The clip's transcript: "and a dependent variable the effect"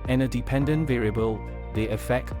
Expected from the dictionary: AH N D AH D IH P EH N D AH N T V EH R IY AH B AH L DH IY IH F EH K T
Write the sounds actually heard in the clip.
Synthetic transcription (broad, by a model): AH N AH D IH P EH N D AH N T V EH R IY AH B AH L DH IY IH F EH K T